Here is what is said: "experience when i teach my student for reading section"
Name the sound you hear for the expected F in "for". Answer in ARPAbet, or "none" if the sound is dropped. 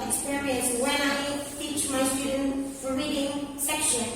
F